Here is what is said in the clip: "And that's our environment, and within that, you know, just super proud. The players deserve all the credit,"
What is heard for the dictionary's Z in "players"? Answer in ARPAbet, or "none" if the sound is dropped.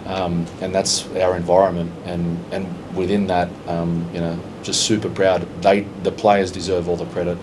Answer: Z